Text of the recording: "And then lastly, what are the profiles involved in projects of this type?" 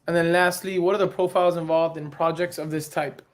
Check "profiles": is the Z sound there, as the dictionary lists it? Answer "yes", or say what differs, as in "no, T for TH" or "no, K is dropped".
yes